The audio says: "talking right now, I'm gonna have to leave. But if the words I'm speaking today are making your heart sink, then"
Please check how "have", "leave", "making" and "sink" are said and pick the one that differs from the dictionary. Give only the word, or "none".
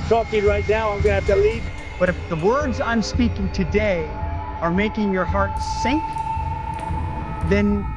have